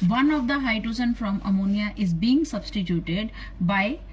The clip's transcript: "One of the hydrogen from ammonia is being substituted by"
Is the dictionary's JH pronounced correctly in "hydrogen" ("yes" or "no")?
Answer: no